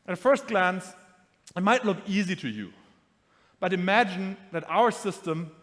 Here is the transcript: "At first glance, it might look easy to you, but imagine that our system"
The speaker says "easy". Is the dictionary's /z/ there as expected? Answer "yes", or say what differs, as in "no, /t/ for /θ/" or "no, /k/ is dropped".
yes